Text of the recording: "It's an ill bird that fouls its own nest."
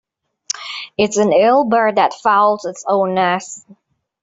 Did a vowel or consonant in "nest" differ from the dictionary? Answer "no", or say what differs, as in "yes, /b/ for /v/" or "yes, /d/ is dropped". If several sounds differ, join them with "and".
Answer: yes, /t/ is dropped